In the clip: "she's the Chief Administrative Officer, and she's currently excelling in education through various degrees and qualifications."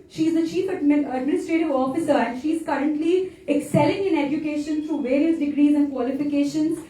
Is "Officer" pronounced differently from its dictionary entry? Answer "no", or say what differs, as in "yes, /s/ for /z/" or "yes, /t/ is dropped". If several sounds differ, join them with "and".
no